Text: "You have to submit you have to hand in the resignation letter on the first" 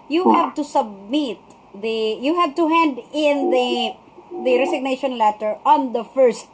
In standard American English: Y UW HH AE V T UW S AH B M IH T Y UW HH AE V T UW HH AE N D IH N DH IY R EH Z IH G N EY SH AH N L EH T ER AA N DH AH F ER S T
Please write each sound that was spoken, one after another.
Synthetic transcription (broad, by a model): Y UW HH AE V T UW S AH B M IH T Y UW HH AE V T UW HH AE N D IH N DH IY R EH S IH G N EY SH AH N L EH T ER AA N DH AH F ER S T